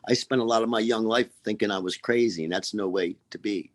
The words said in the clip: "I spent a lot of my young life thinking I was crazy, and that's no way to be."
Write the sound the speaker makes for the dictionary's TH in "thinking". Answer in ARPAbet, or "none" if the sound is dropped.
TH